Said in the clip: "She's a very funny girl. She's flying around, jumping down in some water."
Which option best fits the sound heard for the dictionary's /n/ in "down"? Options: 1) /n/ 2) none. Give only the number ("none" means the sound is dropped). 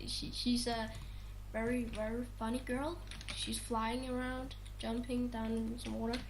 2